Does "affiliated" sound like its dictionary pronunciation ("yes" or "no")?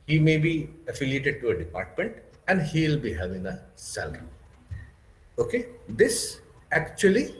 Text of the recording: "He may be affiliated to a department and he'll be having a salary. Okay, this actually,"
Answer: yes